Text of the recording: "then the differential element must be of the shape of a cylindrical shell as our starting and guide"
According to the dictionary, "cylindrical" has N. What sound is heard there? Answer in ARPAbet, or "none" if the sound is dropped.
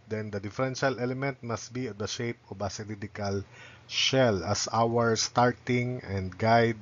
none